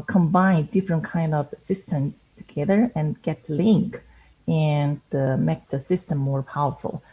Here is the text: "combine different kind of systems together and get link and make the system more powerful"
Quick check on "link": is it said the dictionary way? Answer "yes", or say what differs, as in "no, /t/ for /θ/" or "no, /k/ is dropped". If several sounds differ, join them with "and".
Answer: yes